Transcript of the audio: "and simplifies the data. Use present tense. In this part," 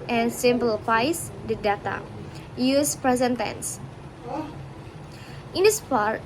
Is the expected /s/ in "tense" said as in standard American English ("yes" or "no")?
yes